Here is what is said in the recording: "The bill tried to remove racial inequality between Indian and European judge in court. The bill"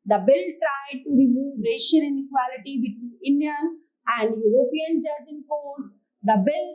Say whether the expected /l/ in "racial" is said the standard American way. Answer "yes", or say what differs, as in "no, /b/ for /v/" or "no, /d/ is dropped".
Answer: no, /n/ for /l/